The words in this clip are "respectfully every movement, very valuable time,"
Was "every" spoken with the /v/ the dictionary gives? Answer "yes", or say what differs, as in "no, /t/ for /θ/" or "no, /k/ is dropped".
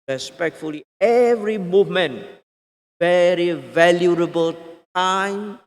yes